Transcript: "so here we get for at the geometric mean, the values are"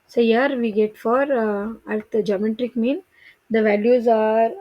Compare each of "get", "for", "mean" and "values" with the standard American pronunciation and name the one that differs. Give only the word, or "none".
none